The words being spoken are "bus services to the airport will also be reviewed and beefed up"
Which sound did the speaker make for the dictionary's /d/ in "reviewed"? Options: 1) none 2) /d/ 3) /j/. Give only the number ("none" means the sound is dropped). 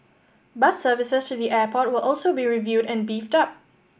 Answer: 2